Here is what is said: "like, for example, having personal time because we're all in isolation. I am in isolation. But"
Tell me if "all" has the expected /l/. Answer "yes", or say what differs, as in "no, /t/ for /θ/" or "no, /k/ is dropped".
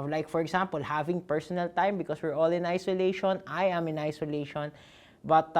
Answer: yes